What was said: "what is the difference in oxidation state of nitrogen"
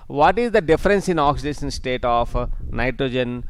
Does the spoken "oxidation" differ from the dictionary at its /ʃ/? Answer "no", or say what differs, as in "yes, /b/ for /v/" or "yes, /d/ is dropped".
yes, /s/ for /ʃ/